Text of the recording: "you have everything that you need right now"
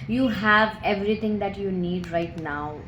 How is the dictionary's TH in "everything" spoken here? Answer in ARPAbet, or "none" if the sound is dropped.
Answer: T